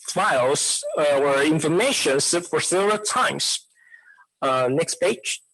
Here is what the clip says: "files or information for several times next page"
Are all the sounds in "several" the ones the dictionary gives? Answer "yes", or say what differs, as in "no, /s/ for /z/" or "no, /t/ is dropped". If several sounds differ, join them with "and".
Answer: no, /v/ is dropped